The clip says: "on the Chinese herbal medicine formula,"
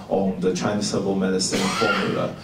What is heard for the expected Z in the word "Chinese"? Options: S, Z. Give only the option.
S